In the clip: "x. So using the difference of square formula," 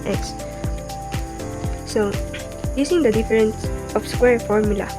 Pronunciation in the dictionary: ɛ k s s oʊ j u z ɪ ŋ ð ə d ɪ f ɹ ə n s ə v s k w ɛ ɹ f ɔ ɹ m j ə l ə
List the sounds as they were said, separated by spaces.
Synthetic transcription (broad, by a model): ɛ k s s oʊ j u s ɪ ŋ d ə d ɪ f ɹ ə n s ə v s k w ɛ ɹ f ɔ ɹ m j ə l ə